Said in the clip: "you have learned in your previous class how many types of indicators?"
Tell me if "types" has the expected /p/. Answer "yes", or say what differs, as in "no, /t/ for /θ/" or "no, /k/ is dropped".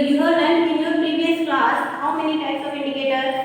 yes